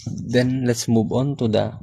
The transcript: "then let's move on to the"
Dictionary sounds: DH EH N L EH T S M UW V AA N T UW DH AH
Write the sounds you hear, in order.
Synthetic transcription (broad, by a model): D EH N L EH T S M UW B AA N T UW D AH